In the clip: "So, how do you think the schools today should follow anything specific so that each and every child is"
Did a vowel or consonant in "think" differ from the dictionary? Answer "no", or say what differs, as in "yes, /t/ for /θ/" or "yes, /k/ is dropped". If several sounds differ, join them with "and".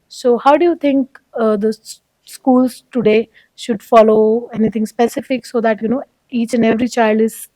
yes, /t/ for /θ/